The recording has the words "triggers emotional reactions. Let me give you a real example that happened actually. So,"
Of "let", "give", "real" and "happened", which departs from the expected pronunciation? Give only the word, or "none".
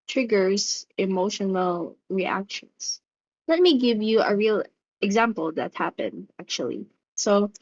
none